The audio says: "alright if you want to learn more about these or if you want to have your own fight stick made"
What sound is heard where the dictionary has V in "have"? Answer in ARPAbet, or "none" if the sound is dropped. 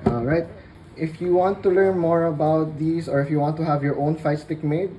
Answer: V